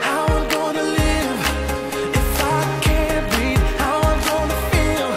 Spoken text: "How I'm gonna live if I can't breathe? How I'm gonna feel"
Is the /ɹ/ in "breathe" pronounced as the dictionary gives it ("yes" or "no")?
no